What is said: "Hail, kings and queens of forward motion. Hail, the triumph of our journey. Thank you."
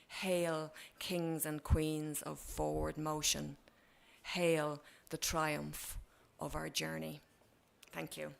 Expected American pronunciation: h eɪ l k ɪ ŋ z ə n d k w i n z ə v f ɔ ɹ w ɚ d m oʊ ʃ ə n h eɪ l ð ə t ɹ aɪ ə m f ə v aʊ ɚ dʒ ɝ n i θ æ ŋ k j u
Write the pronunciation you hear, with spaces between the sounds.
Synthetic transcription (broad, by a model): h eɪ l k ɪ ŋ z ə n k w i n z ə v f ɔ ɹ w ɚ d m oʊ ʃ ə n h eɪ l ð ə t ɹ aɪ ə m f ə v aʊ ɚ dʒ ɝ n i θ æ ŋ k j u